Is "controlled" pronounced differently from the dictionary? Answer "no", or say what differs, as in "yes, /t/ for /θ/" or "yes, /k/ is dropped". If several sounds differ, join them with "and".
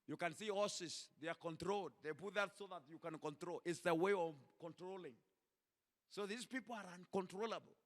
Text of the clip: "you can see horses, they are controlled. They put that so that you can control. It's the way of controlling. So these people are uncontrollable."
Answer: no